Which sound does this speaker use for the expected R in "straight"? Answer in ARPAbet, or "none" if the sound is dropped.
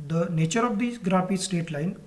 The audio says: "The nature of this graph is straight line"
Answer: none